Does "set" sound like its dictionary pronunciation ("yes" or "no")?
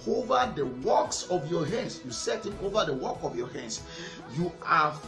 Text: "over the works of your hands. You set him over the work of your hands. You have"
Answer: yes